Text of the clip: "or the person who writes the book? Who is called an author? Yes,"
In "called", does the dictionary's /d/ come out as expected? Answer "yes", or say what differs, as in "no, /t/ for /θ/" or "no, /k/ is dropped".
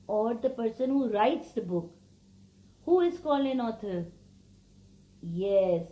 no, /d/ is dropped